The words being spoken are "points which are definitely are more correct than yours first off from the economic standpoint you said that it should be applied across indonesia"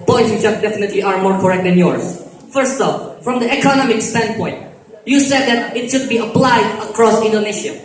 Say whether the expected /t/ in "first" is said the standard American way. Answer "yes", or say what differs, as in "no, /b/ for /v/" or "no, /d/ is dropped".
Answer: yes